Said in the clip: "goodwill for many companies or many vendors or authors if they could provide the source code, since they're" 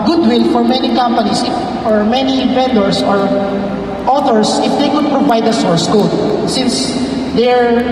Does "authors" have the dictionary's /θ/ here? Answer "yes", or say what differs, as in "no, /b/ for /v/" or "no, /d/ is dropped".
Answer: no, /t/ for /θ/